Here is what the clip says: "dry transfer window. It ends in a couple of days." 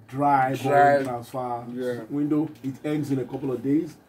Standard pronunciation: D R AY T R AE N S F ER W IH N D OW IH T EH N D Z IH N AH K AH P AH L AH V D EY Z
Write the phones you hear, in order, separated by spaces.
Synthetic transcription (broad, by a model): D R AY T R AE N S F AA W IH N D OW IH T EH N D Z IH N AH K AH P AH L AH V D EY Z